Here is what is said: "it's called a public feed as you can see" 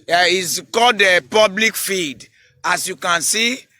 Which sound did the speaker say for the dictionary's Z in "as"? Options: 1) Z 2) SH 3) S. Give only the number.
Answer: 3